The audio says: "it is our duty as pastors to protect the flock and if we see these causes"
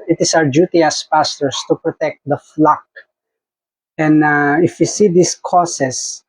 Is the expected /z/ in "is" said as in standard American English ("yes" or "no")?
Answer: no